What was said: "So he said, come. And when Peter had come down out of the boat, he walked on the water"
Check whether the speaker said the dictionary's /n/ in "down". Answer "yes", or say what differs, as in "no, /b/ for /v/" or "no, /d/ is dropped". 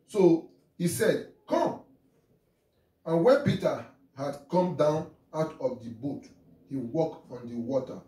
yes